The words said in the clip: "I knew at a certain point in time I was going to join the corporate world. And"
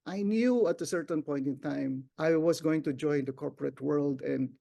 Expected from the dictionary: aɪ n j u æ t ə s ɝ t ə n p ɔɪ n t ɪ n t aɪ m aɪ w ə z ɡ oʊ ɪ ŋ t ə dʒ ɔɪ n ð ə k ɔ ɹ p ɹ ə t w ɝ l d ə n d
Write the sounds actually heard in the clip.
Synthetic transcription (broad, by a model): aɪ n j u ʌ t ə s ɝ t ə n p ɔɪ n t ɪ n t aɪ m aɪ w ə s ɡ oʊ ɪ ŋ t ə dʒ ɔɪ n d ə k ɔ ɹ p ɹ ə t w ɝ l d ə n d